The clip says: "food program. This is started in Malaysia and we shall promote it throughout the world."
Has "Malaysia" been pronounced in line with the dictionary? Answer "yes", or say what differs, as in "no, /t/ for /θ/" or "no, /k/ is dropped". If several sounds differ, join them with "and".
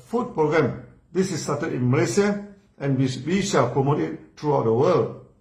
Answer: no, /s/ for /ʒ/